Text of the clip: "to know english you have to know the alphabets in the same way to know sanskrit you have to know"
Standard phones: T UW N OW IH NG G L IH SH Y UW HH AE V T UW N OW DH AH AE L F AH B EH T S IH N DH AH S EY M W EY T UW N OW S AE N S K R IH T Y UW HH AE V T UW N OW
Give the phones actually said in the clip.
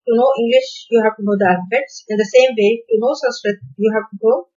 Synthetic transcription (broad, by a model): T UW N OW IH NG G L IH SH Y UW HH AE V T UW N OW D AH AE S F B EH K S IH N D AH S EY M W EY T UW N OW S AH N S R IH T Y UW HH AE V T UW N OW